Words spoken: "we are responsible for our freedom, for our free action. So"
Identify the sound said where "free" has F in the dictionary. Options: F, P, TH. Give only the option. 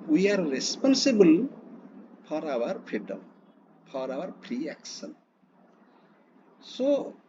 P